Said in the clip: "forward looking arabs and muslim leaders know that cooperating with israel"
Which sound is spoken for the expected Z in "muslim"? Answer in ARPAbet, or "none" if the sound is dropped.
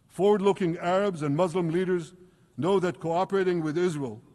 Z